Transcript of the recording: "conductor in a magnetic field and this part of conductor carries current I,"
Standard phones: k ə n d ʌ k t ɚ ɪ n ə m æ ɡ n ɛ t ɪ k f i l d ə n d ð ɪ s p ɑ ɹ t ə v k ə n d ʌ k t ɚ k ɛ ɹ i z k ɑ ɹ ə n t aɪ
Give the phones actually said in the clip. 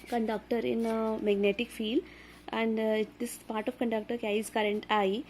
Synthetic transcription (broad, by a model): k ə n d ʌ k t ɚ ɪ n ə m æ ɡ n ɛ t ɪ k f i l d ə n d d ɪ s p ɑ ɹ t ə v k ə n d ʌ k t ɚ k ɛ i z k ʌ ɹ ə n t aɪ